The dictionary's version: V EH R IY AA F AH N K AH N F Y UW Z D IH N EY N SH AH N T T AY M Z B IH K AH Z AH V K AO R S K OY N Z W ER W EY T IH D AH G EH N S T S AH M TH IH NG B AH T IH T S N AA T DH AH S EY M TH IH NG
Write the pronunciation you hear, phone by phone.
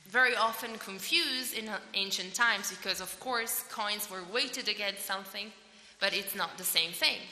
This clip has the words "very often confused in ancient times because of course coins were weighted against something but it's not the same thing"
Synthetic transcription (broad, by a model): V EH R IY AA F AH N K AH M F Y UW Z D IH N EY N SH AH N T T AY M Z B IH K AH Z AH V K AO R S K OY N Z W ER W EY T IH D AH G EH N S S AH M TH IH NG B AH T IH T S N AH T DH AH S EY M TH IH NG